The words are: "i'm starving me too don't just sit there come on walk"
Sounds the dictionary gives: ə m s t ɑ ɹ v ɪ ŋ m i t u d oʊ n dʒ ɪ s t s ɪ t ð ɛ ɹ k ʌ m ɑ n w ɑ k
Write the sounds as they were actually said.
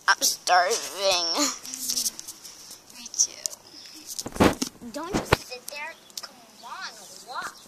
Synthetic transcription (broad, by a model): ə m s t ɑ ɹ v ɪ ŋ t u d oʊ n tʃ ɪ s s ɪ t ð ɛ ɹ k ʌ m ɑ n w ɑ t